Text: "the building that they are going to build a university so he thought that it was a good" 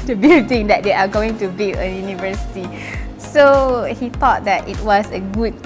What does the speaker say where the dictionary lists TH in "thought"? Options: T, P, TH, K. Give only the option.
T